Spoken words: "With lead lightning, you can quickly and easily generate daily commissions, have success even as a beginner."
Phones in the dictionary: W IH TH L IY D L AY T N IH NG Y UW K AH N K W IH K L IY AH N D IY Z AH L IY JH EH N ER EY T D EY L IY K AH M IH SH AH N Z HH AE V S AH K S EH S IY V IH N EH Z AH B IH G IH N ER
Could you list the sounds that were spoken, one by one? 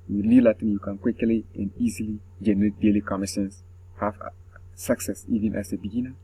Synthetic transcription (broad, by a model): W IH L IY L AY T IH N Y UW K AH N K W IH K L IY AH N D IY Z AH L IY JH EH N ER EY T D EY L IY K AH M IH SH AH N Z HH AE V S AH K S EH S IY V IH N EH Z AH B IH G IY N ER